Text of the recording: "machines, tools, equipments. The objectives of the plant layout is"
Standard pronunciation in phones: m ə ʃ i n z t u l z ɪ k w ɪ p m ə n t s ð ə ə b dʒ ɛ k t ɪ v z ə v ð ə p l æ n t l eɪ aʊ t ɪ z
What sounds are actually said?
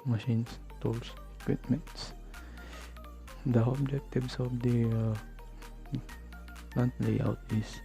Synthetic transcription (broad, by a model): m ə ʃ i n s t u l s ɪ k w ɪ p m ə n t s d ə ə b dʒ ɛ k t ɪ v s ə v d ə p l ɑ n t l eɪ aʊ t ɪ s